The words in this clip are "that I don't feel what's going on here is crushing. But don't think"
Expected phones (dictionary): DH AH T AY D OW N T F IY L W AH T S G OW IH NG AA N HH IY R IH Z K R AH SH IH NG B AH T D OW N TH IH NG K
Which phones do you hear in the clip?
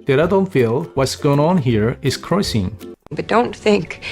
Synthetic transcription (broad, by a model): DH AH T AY D OW N T F IY L W AH T S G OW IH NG AA N HH IY R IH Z K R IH S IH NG B AH T D OW N TH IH NG K